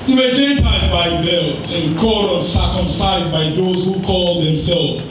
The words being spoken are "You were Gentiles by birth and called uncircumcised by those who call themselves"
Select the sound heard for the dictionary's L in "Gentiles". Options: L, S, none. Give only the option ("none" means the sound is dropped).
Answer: none